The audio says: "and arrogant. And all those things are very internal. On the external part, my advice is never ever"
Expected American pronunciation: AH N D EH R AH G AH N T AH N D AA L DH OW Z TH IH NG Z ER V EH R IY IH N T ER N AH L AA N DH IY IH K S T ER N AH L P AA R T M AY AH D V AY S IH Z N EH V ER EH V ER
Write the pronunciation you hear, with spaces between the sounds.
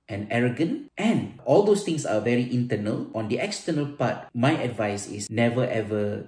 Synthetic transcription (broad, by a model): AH N EH R AH G AH N T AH N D AA L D OW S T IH NG S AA V EH R IY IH N T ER N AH L AA N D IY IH K S T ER N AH L P AA T M AY AH D V AY S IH S N EH V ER EH V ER